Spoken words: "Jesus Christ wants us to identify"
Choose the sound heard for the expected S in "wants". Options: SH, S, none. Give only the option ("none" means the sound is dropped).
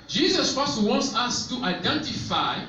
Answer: S